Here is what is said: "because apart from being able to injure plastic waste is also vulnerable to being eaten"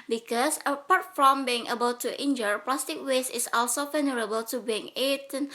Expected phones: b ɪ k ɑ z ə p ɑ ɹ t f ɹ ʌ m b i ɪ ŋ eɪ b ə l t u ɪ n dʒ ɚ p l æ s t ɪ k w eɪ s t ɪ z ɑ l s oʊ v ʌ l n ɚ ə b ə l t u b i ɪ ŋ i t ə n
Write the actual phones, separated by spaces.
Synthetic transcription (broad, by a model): b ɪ k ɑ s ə p ɑ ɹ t f ɹ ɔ m b i ɪ ŋ eɪ b ə l t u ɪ n dʒ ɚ p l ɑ s t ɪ k w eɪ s ɪ s ɑ l s oʊ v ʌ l n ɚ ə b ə l t u b i ɪ ŋ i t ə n